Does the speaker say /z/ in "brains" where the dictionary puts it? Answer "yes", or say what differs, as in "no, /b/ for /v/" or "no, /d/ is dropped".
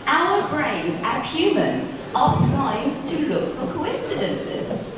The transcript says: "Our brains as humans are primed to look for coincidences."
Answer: yes